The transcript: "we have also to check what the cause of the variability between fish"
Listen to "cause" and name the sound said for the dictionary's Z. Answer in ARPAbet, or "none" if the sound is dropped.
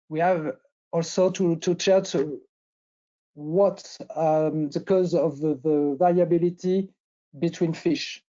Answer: Z